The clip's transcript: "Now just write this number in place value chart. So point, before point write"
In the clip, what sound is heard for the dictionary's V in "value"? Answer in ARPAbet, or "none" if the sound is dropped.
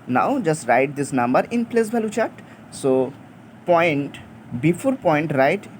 B